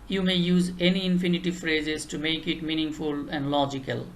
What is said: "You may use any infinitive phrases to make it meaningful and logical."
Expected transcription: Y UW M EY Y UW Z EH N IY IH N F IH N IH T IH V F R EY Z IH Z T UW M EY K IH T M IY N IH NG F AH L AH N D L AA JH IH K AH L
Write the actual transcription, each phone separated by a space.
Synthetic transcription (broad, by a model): Y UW M EY Y UW Z EH N IY IH N F IH N IH T IH V F R EY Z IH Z T UW M EY K IH T M IY N IH NG F AH L AH N D L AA JH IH K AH L